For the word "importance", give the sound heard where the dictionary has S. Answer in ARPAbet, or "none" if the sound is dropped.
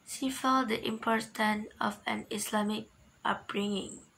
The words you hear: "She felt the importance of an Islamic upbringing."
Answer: none